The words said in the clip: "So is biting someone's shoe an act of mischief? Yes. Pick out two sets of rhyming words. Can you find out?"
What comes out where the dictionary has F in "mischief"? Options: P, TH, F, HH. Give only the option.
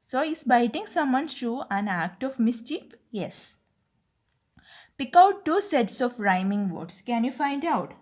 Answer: P